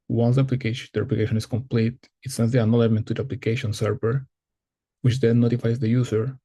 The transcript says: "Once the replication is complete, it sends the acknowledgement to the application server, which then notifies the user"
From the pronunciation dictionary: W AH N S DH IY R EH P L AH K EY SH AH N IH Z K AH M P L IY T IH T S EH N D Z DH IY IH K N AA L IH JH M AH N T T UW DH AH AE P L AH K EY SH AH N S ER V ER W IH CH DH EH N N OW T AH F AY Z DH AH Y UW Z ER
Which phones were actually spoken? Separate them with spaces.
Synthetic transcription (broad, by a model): W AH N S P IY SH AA P L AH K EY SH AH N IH S K AH M P L IY T IH T S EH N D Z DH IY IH N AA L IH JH M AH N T T UW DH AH P L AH K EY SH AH N S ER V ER W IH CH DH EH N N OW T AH F AY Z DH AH Y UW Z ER